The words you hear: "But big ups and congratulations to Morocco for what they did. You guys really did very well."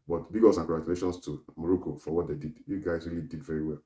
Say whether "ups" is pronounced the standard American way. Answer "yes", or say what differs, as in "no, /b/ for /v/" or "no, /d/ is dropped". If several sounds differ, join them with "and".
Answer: no, /p/ is dropped